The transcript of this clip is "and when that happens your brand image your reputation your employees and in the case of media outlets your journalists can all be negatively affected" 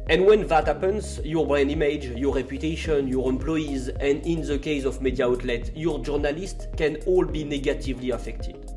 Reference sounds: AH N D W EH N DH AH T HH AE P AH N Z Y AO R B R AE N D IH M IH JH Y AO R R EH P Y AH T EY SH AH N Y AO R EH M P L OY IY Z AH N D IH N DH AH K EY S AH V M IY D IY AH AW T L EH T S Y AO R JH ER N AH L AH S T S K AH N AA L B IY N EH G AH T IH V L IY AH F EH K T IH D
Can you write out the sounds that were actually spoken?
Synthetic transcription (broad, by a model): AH N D W EH N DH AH T HH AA P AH N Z Y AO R B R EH N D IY M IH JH Y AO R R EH P Y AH T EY SH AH N Y AO R EH M P L OY IY Z AH N D IH N DH AH K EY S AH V M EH D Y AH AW T L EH T Y AO R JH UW N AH L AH S T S K AH N AA L B IY N EH G AH T IH V L IY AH F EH K T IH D